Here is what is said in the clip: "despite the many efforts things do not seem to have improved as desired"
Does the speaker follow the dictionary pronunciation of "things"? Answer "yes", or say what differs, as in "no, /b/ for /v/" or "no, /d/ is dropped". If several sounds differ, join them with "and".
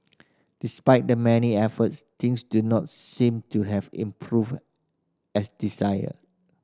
no, /t/ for /θ/ and /s/ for /z/